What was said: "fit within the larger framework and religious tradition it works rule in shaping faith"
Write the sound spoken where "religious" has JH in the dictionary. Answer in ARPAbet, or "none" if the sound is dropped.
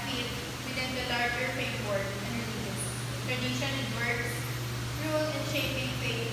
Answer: none